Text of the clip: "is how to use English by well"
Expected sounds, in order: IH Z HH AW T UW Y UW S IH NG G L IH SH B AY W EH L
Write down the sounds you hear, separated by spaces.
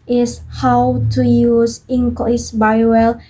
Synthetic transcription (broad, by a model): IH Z HH AW T UW Y UW S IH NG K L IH S B AY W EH L